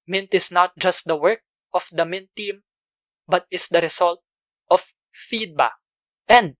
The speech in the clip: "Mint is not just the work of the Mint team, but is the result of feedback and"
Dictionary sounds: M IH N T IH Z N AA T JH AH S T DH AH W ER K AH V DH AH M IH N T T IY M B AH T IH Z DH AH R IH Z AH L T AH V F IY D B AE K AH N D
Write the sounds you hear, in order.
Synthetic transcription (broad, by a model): M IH N T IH S N AA T JH AH S T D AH W ER K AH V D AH M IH N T T IY M B AH T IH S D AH R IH S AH L T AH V F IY D B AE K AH N D